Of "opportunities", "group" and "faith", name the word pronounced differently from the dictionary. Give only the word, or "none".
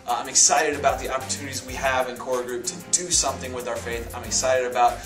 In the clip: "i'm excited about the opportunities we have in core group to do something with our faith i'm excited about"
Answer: none